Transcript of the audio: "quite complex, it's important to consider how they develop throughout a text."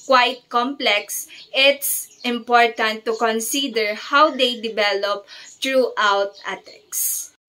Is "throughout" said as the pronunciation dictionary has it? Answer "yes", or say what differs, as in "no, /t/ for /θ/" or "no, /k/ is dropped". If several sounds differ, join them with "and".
no, /t/ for /θ/